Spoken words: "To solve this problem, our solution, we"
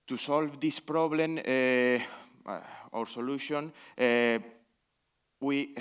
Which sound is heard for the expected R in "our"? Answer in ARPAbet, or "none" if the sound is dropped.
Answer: R